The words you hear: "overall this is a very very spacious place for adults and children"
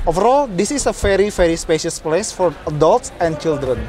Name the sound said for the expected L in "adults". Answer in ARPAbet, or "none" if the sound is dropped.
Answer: L